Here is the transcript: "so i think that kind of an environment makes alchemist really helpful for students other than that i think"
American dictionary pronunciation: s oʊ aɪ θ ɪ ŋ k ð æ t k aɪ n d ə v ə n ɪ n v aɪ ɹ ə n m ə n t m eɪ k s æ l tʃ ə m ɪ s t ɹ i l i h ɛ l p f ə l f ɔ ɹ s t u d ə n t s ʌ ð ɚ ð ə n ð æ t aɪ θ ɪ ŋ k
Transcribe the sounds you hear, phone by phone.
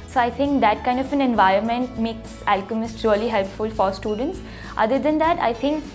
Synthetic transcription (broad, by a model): s oʊ aɪ t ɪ ŋ k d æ t k aɪ n d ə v ə n ɪ n v aɪ ɹ ə n m ə n t m eɪ k s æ l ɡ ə m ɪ s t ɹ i l i h ɛ l p f ə l f ɔ ɹ s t u d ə n t s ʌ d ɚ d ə n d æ t aɪ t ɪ ŋ k